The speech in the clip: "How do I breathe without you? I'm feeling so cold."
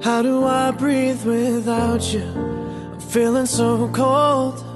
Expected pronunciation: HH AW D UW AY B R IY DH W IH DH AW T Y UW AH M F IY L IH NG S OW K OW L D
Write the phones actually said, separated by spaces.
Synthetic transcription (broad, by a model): HH AW D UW AY B R IY DH W IH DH AW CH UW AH F IY L IH NG S OW K OW L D